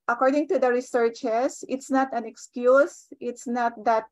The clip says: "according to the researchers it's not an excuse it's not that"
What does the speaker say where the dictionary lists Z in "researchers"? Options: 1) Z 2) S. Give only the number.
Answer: 2